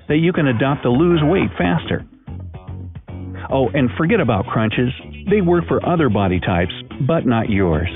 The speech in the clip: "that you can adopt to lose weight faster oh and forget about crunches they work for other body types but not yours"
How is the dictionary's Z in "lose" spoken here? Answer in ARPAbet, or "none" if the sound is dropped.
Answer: Z